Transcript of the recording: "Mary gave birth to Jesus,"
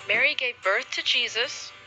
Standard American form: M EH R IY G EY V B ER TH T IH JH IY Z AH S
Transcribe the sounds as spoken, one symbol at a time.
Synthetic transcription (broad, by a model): M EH R IY G EY V B ER TH T IH JH IY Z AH S